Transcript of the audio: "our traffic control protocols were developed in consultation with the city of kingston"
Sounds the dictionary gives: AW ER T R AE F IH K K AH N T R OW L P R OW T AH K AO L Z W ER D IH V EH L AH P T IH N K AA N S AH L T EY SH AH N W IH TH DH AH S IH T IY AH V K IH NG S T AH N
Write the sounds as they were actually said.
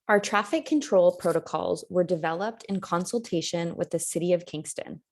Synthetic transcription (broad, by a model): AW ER T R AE F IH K K AH N T R OW L P R OW T AH K AO L Z W ER D IH V EH L AH P T IH N K AA N S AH L T EY SH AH N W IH DH AH S IH T IY AH V K IH NG S T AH N